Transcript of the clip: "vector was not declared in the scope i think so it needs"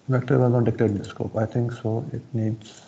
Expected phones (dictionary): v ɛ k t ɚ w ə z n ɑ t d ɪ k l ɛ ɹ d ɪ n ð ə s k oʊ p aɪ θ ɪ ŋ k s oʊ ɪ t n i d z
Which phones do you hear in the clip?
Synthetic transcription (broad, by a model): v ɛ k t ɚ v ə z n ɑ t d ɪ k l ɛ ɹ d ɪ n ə s k oʊ p aɪ t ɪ ŋ k s oʊ ɪ t n i d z